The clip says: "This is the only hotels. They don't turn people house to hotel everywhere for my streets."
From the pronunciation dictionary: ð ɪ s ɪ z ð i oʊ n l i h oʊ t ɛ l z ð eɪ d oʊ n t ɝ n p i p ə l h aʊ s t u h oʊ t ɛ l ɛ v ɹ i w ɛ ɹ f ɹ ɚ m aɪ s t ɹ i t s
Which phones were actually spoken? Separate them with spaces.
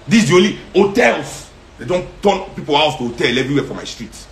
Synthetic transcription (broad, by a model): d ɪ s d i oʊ l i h oʊ t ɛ l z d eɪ d oʊ n t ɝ n p i p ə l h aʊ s t u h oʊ t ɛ l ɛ v ɹ i w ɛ f ɹ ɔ m aɪ s t ɹ i t